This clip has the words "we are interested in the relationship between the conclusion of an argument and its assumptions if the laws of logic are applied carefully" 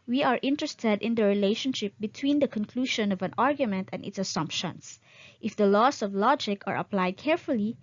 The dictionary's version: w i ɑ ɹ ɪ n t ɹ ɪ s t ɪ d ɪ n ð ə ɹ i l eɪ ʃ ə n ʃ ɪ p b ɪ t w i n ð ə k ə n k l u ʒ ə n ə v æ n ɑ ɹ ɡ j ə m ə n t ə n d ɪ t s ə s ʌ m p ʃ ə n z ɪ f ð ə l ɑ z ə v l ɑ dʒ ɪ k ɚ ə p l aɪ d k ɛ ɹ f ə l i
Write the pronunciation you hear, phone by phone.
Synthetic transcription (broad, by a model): w i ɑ ɹ ɪ n t ɹ ɪ s t ɪ d ɪ n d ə ɹ i l eɪ ʃ ə n ʃ ɪ p b ɪ t w i n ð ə k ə n k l u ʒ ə n ə v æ n ɑ ɹ ɡ j ə m ə n t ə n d ɪ t s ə s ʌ m p ʃ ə n s ɪ f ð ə l ɑ s ə v l ɑ dʒ ɪ k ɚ ə p l aɪ d k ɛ ɹ f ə l i